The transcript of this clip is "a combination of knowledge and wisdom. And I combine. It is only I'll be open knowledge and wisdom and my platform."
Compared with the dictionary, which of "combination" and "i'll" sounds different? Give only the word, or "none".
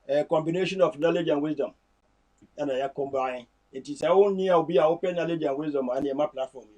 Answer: i'll